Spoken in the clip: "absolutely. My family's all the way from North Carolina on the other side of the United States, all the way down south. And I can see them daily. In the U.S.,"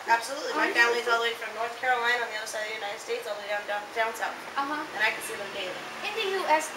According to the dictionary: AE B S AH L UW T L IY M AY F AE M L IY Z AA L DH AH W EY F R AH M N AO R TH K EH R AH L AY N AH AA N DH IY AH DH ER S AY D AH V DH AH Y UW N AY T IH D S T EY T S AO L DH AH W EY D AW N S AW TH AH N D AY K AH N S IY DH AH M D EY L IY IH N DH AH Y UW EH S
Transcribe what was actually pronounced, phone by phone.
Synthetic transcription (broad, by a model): AE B S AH L UW T L IY M AY F AE M L IY Z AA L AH F R AH M N AO R TH K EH R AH L AY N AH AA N DH IY AH DH ER S AY D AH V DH Y UW N AY T IH D S T EY T S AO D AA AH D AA D AW N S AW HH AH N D AY K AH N S IY DH AH M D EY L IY IH N DH AH Y UW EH S